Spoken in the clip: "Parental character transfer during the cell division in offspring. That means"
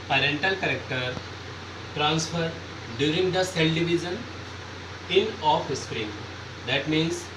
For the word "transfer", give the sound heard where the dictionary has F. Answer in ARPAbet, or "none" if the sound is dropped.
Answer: F